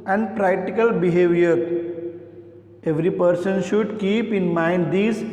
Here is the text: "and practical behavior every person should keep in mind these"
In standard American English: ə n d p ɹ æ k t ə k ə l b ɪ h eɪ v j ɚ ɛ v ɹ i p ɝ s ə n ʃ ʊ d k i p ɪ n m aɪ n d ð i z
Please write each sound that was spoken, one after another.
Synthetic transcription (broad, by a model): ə n d p ɹ æ k t ə k ə l b ɪ h eɪ v j ɚ ɛ v ɹ i p ɝ s ə n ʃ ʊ d k i p ɪ n m aɪ n d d i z